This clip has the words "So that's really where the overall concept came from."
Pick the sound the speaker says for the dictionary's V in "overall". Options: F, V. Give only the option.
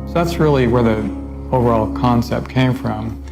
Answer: V